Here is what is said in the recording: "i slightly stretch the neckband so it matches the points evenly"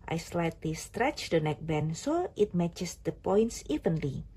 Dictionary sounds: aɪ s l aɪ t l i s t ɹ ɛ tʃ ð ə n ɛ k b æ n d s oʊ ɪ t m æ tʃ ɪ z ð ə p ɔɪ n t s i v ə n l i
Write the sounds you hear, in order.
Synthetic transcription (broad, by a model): aɪ s l aɪ t l i s t ɹ ɛ tʃ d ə n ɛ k b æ n s oʊ ɪ t m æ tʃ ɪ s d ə p ɔɪ n t s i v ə n l i